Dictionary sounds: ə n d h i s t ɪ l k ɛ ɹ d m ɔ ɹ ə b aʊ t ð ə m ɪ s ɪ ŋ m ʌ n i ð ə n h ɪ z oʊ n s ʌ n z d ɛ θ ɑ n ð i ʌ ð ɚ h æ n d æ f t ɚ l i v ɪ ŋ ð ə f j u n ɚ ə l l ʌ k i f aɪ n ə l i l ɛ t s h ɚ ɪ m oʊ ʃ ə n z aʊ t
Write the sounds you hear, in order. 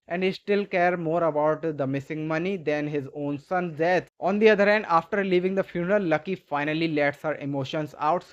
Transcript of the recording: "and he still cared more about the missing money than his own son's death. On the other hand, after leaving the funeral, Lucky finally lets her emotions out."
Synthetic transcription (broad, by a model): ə n d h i s t ɪ l k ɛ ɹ d m ɔ ɹ ə b aʊ t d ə m ɪ s ɪ ŋ m ʌ n i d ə n h ɪ z oʊ n s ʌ n d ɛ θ ɑ n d i ʌ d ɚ h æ n d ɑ f t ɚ l i v ɪ ŋ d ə f j u n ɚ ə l l ʌ k i f aɪ n ə l i l ɛ t s h ɚ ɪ m oʊ ʃ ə n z aʊ t